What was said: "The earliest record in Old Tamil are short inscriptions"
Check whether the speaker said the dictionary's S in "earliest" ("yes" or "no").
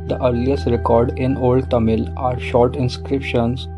yes